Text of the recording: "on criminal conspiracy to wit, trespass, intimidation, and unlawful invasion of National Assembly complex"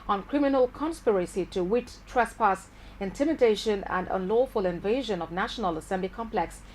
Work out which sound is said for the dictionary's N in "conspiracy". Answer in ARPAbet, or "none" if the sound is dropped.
N